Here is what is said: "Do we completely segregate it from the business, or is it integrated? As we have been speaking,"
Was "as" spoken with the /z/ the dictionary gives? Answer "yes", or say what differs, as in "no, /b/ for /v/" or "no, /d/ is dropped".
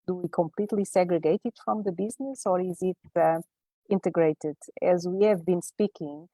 yes